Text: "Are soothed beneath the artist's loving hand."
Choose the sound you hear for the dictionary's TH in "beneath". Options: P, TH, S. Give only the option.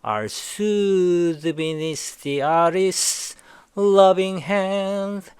S